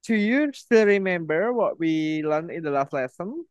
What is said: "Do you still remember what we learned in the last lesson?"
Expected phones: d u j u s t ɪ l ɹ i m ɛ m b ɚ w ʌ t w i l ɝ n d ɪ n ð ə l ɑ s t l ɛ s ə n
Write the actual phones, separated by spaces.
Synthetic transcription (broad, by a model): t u j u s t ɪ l ɹ i m ɛ m b ɚ w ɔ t w i l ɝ n ɪ n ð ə l ɑ s t l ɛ s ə n